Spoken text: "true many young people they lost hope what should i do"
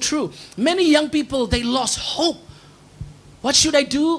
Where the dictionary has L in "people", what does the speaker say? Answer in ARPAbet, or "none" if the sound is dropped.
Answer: L